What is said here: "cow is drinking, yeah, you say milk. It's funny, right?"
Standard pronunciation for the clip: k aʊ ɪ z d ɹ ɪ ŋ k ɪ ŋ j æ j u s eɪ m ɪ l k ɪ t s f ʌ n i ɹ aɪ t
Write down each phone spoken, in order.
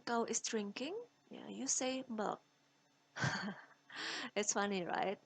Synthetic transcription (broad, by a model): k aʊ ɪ s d ɹ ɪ ŋ k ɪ ŋ j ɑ j u s eɪ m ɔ k ɪ t s f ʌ n i ɹ aɪ t